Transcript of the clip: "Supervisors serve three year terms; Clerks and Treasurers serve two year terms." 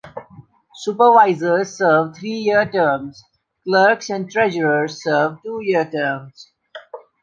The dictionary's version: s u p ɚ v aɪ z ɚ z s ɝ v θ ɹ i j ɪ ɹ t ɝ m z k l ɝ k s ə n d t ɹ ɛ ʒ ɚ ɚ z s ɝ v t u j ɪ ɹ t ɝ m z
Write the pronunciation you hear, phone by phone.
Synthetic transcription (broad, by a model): s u p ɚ v aɪ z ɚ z s ɝ v t ɹ i j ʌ ɹ t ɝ m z k l ɝ k s ə n d t ɹ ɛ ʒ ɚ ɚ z s ɝ v t u j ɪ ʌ t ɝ m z